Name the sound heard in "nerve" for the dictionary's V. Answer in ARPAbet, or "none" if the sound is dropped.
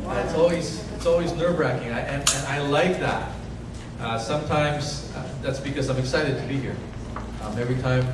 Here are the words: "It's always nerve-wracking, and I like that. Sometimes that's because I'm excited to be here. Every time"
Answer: B